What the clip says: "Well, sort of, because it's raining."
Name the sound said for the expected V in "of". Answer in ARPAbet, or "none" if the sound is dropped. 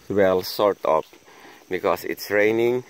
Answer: P